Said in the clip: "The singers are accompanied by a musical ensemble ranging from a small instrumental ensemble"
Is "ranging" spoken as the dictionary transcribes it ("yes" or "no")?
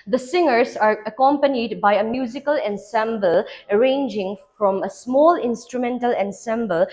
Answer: yes